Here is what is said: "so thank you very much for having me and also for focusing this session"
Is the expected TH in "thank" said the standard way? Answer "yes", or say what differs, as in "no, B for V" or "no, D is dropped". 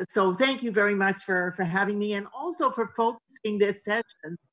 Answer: yes